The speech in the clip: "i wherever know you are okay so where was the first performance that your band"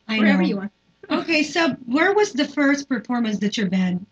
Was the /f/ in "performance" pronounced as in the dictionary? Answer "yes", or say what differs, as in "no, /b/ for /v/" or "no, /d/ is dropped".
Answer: yes